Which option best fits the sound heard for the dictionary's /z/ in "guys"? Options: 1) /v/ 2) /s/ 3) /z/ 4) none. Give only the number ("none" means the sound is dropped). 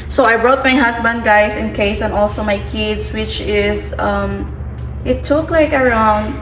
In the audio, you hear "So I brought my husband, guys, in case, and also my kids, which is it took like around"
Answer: 2